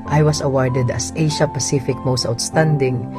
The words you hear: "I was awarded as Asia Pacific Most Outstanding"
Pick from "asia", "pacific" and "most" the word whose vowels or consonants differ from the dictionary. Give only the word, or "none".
asia